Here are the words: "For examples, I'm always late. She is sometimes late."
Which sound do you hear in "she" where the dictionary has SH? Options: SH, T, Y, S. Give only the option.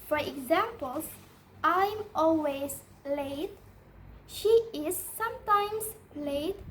SH